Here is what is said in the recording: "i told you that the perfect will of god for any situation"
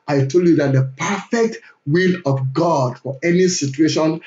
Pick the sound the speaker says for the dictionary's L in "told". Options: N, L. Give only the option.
L